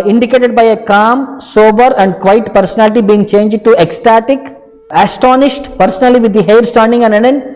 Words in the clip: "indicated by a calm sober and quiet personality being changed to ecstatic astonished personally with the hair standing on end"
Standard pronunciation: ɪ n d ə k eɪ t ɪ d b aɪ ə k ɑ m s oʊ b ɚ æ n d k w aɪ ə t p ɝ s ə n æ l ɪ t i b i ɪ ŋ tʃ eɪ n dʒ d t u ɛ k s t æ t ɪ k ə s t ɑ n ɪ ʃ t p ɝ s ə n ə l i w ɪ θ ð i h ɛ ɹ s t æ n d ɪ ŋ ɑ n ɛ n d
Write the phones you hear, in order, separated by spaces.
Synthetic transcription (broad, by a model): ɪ n d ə k eɪ t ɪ d b aɪ ə k ɑ m s oʊ b ɚ æ n d k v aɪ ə t p ɝ s ə n æ l ɪ t i b i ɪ ŋ tʃ eɪ n dʒ d t u ɛ k s t æ t ɪ k ə s t ɑ n ɪ ʃ t p ɝ s ə n ə l i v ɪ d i h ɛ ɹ s t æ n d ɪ ŋ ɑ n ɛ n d